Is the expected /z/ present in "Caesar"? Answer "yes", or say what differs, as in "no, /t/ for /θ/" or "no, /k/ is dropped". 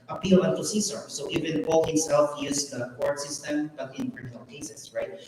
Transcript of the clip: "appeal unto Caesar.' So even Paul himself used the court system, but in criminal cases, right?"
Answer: no, /s/ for /z/